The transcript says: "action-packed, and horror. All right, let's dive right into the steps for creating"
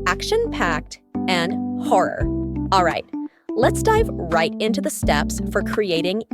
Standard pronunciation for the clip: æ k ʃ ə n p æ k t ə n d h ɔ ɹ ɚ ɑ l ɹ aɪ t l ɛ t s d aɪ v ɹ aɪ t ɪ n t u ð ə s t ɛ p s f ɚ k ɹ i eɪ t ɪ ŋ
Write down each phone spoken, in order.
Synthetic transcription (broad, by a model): æ k ʃ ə n p æ k t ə n h ɔ ɹ ɚ ɑ l ɹ aɪ t l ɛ t s d aɪ v ɹ aɪ t ɪ n t u ð ə s t ɛ p s f ɚ k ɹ i eɪ t ɪ ŋ